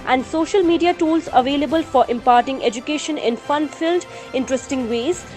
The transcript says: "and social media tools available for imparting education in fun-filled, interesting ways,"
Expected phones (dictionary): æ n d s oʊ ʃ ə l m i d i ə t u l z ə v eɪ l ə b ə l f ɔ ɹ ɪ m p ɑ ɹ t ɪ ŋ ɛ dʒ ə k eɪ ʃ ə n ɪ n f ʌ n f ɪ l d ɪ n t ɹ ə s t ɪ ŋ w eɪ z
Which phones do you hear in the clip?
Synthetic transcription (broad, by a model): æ n d s oʊ ʃ ə l m i d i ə t u l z ə v eɪ l ə b ə l f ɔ ɹ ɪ m p ɑ ɹ t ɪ ŋ ɛ dʒ ə k eɪ ʃ ə n ɪ n f ʌ n f ɪ l d ɪ n t ɹ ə s t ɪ ŋ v eɪ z